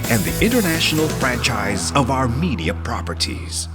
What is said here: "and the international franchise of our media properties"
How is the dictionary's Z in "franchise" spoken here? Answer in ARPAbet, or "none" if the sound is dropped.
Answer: Z